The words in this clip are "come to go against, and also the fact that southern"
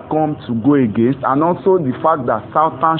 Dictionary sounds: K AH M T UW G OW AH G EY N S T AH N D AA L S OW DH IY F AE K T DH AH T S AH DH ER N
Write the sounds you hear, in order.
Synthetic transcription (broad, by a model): K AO M T UW G OW AH G EY N S T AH N AA L S OW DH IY F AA K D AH T S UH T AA N